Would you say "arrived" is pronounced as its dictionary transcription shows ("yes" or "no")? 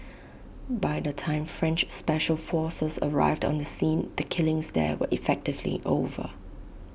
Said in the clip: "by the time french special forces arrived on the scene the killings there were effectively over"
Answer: yes